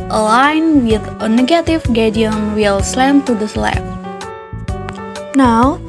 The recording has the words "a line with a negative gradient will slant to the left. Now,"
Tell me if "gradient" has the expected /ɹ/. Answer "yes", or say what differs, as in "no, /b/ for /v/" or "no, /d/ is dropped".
no, /ɹ/ is dropped